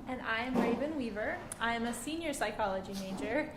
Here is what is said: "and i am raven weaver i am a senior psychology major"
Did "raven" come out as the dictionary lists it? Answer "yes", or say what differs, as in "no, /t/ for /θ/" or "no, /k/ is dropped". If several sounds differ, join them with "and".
yes